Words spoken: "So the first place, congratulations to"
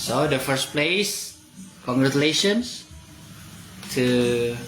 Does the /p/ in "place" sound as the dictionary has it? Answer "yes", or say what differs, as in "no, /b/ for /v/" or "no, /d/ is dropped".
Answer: yes